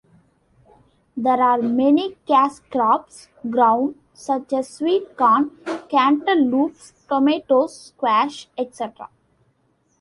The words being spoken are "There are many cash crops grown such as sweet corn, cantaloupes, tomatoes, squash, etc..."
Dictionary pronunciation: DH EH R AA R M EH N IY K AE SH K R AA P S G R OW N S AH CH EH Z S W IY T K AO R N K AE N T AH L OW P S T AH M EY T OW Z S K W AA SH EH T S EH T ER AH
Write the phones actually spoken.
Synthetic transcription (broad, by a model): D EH R AA R M EH N IY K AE S K R AA P S G R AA N S AH CH EH Z S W IY T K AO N K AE N T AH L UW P S T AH M EY T OW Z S K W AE SH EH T S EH T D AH